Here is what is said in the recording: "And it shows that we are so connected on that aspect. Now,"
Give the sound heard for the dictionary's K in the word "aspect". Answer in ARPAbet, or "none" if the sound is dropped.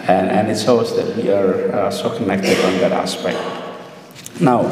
K